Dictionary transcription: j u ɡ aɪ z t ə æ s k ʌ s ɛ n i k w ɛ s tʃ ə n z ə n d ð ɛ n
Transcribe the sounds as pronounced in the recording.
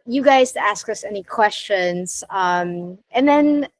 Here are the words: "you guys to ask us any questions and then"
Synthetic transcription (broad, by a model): j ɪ ɡ aɪ z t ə æ s k ʌ s ɛ n i k w ɛ s tʃ ə n z ə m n ð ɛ n